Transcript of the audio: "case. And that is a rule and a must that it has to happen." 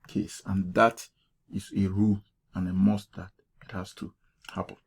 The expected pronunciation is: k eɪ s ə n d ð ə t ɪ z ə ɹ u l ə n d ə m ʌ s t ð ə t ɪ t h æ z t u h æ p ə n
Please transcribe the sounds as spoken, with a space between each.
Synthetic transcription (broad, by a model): k eɪ s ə n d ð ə t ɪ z ə ɹ u l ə n ə m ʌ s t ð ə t ɪ t h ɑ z t u h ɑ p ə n